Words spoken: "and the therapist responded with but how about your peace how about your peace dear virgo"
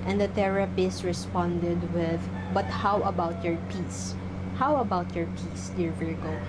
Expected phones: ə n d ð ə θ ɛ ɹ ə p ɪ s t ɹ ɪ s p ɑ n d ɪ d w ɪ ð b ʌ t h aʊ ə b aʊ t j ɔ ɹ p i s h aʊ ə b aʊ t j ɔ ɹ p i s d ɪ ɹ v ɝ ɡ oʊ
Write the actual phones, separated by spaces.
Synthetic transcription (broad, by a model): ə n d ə t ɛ ɹ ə p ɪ s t ɹ ɪ s p ɑ n d ɪ d w ɪ ð b ʌ t h aʊ ə b aʊ t j ɔ ɹ p i s h aʊ ə b aʊ t j ɔ ɹ p i s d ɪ ɹ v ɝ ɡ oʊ